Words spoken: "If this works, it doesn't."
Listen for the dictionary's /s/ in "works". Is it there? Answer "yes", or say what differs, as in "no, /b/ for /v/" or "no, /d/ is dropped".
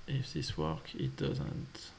no, /s/ is dropped